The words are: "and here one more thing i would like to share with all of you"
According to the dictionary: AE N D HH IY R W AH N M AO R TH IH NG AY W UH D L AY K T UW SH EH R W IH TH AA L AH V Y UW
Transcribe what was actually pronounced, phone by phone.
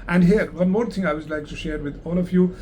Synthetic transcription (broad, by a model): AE N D HH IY R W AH N M AO R T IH NG AY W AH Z L AY K T UW SH EH R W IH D AA L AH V Y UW